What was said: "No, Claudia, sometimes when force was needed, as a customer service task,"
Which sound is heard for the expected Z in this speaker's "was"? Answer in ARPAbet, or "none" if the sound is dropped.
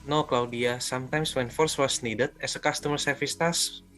S